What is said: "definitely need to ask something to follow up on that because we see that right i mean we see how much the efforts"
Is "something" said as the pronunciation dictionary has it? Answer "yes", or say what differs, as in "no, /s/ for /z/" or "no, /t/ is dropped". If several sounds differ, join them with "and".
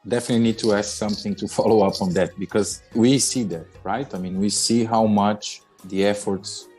yes